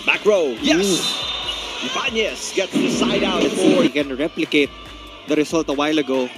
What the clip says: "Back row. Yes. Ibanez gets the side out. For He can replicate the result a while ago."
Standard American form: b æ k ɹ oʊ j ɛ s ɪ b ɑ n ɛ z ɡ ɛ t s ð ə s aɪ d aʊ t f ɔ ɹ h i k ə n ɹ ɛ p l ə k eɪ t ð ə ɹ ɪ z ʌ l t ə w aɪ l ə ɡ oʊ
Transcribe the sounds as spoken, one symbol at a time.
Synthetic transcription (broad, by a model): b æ k ɹ oʊ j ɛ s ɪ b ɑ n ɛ s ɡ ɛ t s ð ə s aɪ d aʊ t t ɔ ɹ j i k ə n ɹ ɛ p l ə k eɪ t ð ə ɹ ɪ s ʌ l t ə w aɪ l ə ɡ oʊ